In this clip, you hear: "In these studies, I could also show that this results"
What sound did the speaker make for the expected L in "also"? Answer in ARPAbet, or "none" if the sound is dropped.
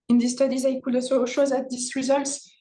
none